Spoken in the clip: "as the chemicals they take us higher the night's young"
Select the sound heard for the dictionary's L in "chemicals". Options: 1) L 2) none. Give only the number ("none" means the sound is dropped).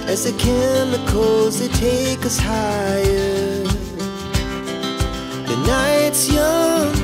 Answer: 2